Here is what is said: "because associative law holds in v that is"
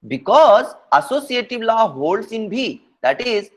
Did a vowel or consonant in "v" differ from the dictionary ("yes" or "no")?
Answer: yes